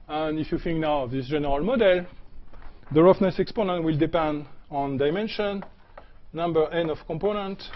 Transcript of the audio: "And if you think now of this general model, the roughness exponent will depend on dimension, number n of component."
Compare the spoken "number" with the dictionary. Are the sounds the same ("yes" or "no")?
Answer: yes